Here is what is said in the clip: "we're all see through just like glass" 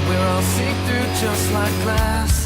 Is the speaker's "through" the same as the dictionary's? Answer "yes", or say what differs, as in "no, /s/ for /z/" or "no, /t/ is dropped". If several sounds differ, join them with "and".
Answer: no, /ɹ/ is dropped